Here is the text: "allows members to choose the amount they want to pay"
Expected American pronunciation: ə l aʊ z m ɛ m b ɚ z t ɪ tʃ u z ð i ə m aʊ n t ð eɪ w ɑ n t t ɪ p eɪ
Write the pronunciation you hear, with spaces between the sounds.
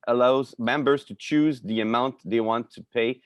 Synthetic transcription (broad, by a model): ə l aʊ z m ɛ m b ɚ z t ɪ tʃ u z ð i ə m aʊ n t ð eɪ w ɑ n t t ɪ p eɪ